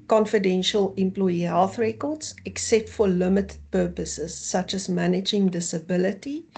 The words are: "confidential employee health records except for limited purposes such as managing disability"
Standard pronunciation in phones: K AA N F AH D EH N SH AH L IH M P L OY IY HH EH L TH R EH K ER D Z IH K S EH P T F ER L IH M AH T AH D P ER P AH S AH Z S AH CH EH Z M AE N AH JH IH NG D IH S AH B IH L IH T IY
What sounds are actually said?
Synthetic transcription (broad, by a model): K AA N F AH D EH N SH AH L IH M P L OY IY HH EH L TH R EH K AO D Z IH K S EH P T F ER L IH M AH T AH D P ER P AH S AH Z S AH CH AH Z M AE N AH JH IH NG D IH S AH B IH L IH T IY